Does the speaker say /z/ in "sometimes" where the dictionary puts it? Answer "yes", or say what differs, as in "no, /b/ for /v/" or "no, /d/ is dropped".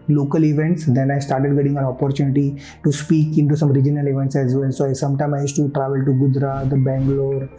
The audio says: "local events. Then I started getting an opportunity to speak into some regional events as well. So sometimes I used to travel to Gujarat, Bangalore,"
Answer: no, /z/ is dropped